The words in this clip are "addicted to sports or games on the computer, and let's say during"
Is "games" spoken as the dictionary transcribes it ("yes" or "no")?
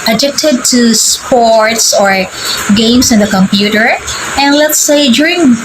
no